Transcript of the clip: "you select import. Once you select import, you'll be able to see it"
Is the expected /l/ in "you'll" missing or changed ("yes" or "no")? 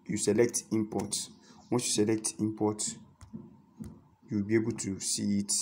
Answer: yes